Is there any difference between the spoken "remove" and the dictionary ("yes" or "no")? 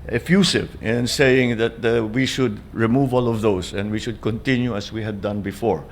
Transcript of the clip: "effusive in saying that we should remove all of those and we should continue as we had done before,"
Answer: no